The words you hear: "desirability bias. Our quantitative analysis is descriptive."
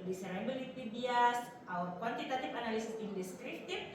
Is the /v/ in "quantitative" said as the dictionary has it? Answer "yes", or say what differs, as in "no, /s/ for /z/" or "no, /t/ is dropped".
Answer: no, /p/ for /v/